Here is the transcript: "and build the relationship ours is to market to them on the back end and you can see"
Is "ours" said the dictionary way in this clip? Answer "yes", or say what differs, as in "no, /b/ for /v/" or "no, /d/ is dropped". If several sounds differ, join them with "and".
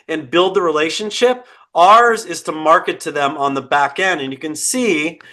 yes